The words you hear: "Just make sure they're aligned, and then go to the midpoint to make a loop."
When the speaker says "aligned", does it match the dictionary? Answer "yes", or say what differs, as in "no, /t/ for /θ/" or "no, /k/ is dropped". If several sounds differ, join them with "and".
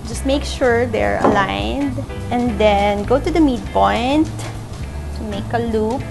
yes